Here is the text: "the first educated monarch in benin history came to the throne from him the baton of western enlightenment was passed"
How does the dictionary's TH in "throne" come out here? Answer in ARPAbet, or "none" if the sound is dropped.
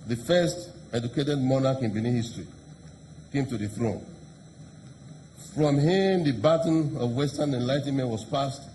TH